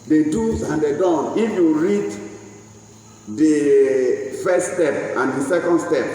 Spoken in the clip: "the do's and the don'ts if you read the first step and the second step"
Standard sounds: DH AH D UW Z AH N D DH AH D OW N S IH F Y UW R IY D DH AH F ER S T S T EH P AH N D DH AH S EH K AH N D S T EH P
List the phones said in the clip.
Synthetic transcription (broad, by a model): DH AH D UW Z AH N D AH D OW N IH F Y UW R IY D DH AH F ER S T S T EH P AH N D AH S EH K AH N D S T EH P